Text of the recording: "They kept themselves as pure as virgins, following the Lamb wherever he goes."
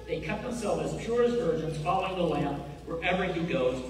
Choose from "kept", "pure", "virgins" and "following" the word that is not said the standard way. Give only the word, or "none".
kept